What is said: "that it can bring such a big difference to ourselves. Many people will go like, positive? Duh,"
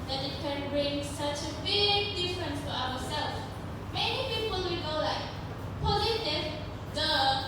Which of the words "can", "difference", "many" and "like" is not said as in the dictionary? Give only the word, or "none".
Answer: none